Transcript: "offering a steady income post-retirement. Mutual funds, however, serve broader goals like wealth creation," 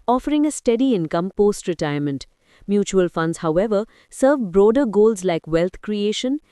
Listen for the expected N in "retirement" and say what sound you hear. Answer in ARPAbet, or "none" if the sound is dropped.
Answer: N